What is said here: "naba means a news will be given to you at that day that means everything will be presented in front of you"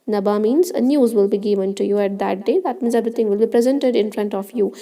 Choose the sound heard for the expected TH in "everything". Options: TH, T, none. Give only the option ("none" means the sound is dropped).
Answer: T